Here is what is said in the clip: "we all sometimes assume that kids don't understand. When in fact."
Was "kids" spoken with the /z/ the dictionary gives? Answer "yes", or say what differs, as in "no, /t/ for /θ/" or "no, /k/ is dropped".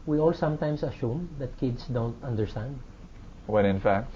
no, /s/ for /z/